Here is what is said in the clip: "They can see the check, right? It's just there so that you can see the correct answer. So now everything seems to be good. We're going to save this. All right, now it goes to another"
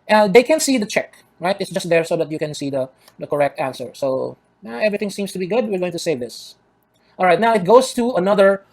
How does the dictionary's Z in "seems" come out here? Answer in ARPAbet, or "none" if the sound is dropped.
S